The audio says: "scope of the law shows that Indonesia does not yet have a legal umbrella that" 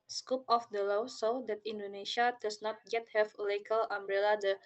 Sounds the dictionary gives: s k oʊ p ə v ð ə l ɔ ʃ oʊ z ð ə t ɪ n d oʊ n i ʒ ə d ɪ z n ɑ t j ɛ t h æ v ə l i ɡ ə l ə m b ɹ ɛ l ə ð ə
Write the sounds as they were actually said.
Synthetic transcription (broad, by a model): s k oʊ p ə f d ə l ɔ s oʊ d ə t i n d oʊ n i ʃ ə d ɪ s n ɑ t j ɛ t h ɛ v ə l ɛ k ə l ə m b ɹ ɛ l ə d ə